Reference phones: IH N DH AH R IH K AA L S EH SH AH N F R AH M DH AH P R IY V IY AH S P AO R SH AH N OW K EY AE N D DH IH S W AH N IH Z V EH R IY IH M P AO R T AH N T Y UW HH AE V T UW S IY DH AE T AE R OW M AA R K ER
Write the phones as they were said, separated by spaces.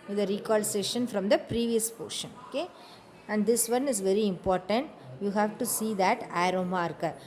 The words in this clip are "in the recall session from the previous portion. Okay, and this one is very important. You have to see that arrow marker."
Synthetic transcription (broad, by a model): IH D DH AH R IH K AA L S EH SH AH N F R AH M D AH P R IY V IY AH S P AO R SH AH N OW K EY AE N D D IH S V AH N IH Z V EH R IY IH M P AO R T AH N T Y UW HH AE V T UW S IY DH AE T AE R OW M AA R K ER